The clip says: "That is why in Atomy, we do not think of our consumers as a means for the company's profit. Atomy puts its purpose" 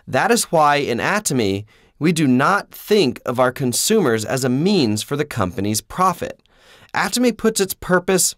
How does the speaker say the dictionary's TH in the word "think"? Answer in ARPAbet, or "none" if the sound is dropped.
TH